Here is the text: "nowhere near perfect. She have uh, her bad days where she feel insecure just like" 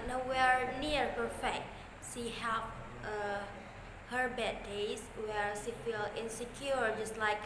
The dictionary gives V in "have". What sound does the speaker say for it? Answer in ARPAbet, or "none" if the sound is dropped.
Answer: P